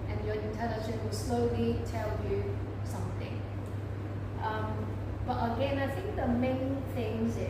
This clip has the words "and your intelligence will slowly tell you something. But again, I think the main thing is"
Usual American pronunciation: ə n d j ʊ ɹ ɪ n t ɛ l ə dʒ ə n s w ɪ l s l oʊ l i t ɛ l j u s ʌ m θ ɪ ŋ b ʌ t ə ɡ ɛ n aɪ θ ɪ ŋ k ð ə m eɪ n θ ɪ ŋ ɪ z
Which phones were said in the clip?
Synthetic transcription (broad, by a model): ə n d j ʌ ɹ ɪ n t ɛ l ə ʃ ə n w ɪ l s l oʊ l i t ɛ l j u s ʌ m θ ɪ ŋ b ʌ t ə ɡ ɛ n aɪ θ ɪ ŋ k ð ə m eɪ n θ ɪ ŋ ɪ